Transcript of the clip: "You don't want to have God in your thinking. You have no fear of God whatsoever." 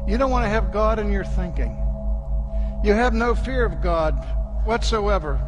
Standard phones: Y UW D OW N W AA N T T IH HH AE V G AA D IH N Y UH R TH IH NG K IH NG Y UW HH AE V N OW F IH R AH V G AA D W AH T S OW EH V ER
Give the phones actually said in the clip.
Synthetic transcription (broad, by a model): Y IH D OW N W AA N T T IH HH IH V G AA D IH N Y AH R TH IH NG K IH NG Y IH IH V N OW F IH R AH V G AA D W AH T S OW EH V ER